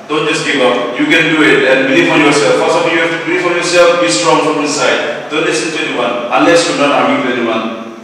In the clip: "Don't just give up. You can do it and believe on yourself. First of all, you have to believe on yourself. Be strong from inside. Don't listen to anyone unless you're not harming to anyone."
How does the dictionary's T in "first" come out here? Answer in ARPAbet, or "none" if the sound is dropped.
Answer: none